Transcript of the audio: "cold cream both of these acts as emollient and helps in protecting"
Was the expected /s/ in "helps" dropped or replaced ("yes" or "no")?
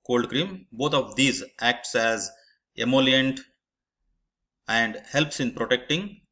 no